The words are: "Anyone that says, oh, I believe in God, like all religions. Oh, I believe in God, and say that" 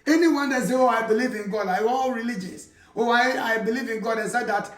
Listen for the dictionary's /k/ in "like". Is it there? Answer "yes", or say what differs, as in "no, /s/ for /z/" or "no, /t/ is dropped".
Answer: no, /k/ is dropped